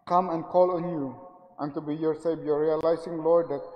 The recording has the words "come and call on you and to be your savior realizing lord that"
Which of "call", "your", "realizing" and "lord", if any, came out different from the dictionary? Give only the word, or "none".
realizing